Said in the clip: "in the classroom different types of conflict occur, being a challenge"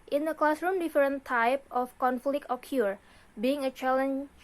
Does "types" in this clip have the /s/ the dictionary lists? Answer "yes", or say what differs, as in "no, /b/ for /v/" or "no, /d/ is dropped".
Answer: no, /s/ is dropped